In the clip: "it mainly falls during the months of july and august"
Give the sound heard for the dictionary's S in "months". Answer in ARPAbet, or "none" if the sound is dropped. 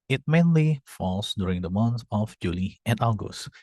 none